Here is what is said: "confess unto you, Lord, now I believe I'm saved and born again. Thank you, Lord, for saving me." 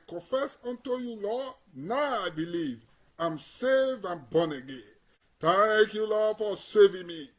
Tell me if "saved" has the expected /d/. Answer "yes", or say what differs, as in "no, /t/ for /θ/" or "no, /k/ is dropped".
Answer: no, /d/ is dropped